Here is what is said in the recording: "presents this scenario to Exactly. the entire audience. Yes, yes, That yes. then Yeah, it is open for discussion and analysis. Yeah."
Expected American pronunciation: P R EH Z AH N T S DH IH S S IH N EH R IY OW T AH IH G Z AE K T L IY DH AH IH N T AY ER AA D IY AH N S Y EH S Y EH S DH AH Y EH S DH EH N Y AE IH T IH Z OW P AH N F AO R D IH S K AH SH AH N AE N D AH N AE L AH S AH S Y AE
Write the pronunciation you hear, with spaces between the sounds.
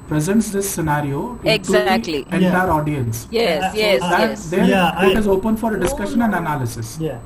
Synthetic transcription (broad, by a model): P R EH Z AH N T S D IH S S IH N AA R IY OW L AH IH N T IY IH T AA D IY AH N S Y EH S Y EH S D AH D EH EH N IH T IH Z OW P AH N F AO R D IH S K AH SH AH N AE N D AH N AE L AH S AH S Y